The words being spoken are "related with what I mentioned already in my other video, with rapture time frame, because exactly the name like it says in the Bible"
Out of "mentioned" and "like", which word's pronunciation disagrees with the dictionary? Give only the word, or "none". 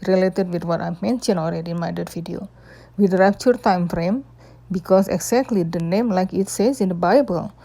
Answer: mentioned